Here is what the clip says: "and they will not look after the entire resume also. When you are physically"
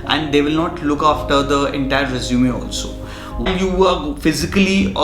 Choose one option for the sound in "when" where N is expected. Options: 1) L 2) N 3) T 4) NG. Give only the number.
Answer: 1